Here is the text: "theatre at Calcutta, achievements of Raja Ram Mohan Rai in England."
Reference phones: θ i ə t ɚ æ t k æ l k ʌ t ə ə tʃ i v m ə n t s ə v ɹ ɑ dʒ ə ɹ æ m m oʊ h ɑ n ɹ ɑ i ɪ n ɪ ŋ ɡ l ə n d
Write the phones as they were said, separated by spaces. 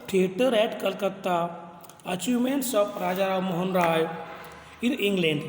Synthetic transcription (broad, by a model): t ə t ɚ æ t k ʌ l k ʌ t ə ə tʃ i m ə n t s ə p ɹ ɑ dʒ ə ɹ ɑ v m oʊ h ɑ n ɹ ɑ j ɪ n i ŋ ɡ l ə n d